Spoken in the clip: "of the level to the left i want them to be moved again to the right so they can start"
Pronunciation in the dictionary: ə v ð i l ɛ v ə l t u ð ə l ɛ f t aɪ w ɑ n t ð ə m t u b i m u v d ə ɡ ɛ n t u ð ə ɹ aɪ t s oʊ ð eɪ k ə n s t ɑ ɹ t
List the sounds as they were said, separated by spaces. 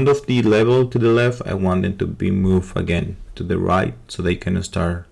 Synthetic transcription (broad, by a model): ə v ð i l ɛ v ə l t u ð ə l ɛ f t aɪ w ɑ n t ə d t u b i m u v ə ɡ ɛ n t u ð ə ɹ aɪ t s oʊ ð eɪ k ə n s t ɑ ɹ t